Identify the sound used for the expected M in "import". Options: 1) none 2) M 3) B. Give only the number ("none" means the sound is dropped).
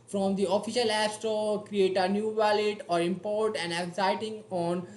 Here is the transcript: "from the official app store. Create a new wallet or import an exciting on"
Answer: 2